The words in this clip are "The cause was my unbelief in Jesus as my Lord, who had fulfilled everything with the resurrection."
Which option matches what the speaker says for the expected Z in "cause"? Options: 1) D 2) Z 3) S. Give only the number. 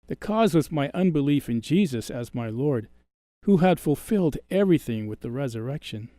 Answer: 2